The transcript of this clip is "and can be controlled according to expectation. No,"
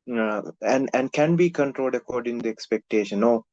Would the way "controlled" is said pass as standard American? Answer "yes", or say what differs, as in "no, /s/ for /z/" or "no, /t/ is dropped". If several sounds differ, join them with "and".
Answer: yes